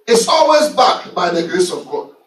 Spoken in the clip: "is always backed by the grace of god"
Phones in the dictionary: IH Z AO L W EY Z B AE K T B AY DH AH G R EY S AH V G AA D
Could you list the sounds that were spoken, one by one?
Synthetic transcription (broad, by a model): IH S AO L W EY Z B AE K B AY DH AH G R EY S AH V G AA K